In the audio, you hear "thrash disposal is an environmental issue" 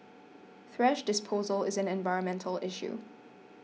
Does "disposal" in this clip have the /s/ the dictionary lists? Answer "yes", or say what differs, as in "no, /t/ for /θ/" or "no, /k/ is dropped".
yes